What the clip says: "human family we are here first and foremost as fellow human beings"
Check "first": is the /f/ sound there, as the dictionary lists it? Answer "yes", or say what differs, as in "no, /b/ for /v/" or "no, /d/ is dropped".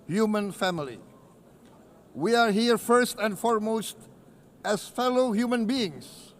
yes